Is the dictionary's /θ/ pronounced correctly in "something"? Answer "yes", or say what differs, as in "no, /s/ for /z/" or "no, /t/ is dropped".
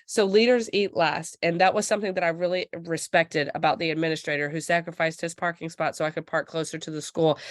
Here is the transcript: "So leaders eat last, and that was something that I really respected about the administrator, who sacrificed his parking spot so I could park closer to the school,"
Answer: yes